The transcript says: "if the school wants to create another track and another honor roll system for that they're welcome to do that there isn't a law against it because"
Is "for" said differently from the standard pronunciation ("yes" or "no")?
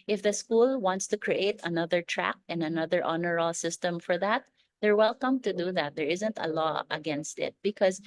no